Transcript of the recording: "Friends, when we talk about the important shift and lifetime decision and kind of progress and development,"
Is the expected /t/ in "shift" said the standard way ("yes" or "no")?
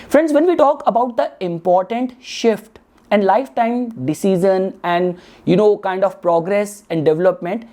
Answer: yes